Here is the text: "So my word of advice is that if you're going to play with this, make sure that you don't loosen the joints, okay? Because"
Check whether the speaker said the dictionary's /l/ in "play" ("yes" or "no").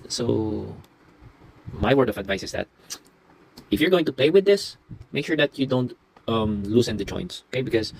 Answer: no